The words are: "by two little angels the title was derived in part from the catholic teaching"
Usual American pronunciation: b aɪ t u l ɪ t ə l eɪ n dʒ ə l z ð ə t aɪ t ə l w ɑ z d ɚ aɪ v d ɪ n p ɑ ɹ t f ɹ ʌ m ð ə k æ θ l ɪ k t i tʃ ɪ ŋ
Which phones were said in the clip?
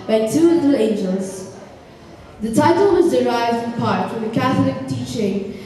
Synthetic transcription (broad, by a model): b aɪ t u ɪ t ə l eɪ n dʒ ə l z ð ə t aɪ t ə l w ɑ z d ɚ aɪ v d ɪ n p ɑ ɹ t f ɹ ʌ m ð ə k æ θ l ɪ k t i tʃ ɪ ŋ